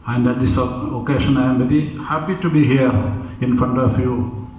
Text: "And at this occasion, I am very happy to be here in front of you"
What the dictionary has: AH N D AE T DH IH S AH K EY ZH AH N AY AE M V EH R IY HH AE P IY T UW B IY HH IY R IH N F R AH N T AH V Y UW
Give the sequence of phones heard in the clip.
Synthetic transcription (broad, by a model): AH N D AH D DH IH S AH K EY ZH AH N AY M B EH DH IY HH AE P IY T UW B IY HH IY R IH N F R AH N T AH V Y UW